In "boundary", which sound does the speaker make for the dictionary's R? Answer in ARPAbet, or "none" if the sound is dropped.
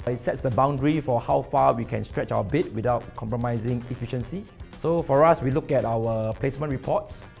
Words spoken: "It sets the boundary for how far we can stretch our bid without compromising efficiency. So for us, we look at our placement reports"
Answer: R